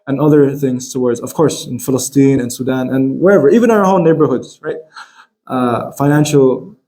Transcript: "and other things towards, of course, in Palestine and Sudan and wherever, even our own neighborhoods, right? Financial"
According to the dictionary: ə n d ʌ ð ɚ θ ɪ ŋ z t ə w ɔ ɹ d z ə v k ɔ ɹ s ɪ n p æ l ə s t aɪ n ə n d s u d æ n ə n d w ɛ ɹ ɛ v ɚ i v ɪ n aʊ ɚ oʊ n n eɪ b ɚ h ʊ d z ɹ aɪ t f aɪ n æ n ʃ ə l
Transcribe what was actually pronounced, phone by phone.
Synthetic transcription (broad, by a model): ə n ʌ ð ɚ θ ɪ ŋ z t ə w ɔ ɹ d z ə v k ɔ ɹ s ɪ n f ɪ l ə s t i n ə n s u d æ n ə n w ɛ ɹ ɛ v ɚ i v ɪ n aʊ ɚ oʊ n n eɪ b ɚ h ʊ d z ɹ aɪ t f aɪ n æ n ʃ l